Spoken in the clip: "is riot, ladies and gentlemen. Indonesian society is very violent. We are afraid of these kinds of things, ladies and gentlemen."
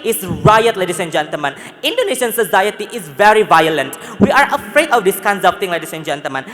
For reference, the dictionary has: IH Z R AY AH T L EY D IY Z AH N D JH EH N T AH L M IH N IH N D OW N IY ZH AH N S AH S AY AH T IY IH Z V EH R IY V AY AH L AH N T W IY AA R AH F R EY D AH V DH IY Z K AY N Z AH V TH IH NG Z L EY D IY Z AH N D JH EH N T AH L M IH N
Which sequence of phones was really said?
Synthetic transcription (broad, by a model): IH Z R AY AH T L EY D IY S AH N JH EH N T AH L M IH N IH N D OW N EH SH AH N S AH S AY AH T IY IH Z V EH R IY V AY AH L AH N T W IY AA R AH F R EY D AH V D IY S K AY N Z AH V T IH NG L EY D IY S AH N JH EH N T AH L M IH N